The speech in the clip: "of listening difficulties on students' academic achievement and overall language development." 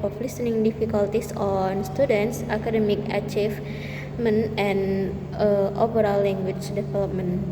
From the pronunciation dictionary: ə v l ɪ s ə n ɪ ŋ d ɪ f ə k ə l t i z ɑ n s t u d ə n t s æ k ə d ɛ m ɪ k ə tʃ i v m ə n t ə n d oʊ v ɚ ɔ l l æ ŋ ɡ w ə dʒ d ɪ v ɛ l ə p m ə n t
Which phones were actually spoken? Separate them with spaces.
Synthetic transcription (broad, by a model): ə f l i s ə n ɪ ŋ d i f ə k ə l t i s ɑ n s t u d ə n t s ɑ k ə d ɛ m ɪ k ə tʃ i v m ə n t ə n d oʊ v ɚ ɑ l l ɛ ŋ ɡ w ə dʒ d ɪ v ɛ l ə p m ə n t